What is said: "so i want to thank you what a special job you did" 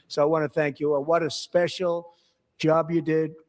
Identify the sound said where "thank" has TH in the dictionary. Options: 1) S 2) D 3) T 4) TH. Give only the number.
4